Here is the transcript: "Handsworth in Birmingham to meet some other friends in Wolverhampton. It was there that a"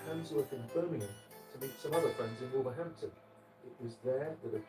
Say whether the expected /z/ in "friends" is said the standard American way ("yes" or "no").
yes